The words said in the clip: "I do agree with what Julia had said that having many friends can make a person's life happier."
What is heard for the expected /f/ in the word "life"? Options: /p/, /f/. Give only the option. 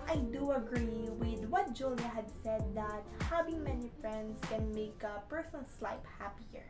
/p/